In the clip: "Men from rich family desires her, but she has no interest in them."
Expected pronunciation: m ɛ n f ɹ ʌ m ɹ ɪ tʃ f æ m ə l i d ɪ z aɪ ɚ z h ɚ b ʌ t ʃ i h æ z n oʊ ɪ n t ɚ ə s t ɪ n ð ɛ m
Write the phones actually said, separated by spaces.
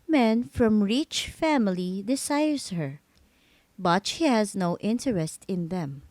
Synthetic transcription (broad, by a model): m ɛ n f ɹ ʌ m ɹ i tʃ f æ m ə l i d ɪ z aɪ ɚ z h ɚ b ʌ t ʃ i h æ z n oʊ ɪ n t ɚ ə s t ɪ n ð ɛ m